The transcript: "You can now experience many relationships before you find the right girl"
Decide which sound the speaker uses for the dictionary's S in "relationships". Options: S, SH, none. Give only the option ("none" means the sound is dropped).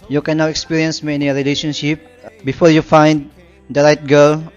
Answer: none